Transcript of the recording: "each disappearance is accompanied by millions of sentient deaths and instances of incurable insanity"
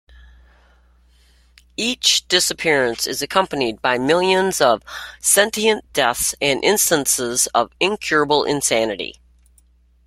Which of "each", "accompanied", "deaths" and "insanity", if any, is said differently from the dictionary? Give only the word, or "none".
none